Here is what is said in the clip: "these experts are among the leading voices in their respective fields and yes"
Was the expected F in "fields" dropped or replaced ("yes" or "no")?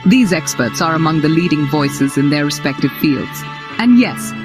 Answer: no